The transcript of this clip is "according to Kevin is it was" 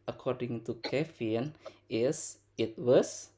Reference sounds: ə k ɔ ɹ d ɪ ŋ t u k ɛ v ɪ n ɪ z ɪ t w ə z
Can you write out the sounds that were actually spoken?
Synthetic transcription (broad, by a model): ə k ɔ ɹ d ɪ ŋ t u k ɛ f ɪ n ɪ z ɪ t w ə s